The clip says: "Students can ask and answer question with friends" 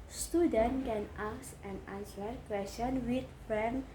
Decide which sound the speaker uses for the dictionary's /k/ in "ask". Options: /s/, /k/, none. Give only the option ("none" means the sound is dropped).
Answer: none